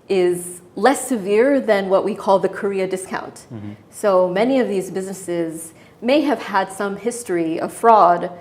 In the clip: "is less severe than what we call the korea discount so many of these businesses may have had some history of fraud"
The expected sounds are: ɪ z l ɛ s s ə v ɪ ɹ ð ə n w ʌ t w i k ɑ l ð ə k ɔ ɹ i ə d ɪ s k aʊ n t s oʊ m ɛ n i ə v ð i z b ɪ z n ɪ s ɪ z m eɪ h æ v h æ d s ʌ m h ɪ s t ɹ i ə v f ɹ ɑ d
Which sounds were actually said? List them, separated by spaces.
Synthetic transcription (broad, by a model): ɪ z l ɛ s s ə v ɪ ɹ ð ə n w ʌ t w i k ɑ l ð ə k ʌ ɹ i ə d ɪ s k aʊ n t s oʊ m ɛ n i ə v ð i z b ɪ z n ɪ s ɪ z m eɪ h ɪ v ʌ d s ʌ m h ɪ s t ɹ i ə v f ɹ ɑ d